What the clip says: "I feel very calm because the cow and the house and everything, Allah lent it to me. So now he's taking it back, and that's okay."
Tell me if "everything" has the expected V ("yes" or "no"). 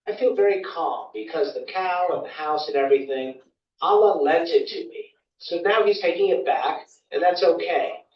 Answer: yes